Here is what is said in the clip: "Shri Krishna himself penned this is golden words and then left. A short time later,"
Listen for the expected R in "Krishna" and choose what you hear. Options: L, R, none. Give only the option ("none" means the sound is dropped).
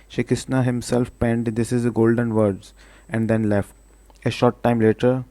none